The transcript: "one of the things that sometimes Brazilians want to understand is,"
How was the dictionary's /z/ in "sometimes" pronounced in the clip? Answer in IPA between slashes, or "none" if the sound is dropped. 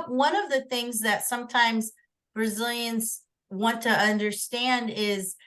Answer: /z/